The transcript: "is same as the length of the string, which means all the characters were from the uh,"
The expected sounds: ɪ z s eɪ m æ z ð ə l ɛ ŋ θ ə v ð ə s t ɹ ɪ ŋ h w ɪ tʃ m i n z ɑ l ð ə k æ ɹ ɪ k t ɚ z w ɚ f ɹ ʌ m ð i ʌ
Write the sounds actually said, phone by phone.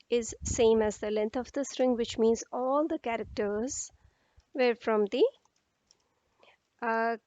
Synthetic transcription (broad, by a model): ɪ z s eɪ m æ z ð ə l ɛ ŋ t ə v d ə s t ɹ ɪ ŋ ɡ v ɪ tʃ m i n z ɑ l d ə k æ ɹ ɪ k t ɚ z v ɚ f ɹ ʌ m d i